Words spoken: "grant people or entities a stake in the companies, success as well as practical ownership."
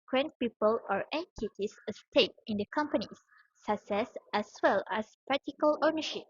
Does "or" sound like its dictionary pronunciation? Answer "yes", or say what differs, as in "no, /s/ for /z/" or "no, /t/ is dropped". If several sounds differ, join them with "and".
yes